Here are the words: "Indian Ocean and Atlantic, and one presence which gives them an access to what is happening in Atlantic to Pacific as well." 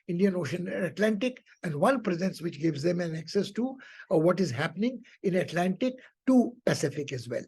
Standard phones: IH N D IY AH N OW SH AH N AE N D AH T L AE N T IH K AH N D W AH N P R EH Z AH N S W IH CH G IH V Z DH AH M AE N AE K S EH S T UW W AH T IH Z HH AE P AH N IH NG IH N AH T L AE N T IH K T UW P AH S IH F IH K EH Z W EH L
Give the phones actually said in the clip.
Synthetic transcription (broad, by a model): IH N D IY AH N OW SH AH N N AH T L AE N T IH K AH N D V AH N P R EH Z AH N S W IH CH G IH V Z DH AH M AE N AE K S EH S T UW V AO T IH Z HH AE P AH N IH NG IH N AH T L AE N T IH K T UW P AH S IH F IH K EH Z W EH L